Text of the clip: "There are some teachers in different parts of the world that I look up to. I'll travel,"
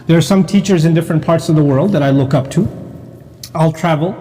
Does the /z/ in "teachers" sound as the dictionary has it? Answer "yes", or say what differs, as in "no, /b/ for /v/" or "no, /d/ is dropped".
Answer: yes